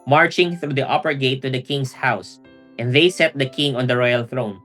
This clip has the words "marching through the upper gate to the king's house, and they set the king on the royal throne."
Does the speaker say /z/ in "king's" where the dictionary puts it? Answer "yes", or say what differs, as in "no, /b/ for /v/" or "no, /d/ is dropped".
no, /s/ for /z/